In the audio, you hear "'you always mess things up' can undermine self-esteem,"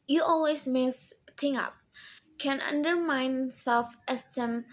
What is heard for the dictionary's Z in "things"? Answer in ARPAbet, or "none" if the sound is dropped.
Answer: none